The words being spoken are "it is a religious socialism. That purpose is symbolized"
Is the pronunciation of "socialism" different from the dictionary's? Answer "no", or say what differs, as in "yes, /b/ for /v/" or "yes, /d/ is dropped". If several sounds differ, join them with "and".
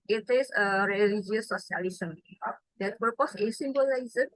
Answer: yes, /s/ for /ʃ/